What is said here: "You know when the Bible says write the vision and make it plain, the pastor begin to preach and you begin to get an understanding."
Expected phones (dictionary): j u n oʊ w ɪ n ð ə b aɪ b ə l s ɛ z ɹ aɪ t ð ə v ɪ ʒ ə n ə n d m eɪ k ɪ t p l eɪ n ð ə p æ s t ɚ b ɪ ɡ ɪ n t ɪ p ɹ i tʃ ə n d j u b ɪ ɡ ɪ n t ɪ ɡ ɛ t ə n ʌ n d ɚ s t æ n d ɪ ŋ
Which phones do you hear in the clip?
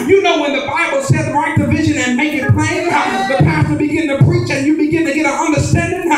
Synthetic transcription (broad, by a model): j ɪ n oʊ w ɪ n ð ə b aɪ b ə l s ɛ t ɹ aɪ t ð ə v ɪ ʒ ə n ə n m eɪ k ɪ t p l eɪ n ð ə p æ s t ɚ b ɪ ɡ ɪ n t ɪ p ɹ i tʃ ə n j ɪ b ɪ ɡ ɪ n t ɪ ɡ ɛ t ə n ʌ n d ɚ s t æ n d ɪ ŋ